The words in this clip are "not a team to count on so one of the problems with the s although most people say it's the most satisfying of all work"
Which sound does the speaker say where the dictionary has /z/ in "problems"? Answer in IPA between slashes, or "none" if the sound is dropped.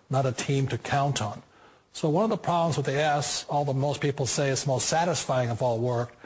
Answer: /z/